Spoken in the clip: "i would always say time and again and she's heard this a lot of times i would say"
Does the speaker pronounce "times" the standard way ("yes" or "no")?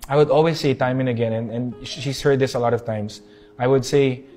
no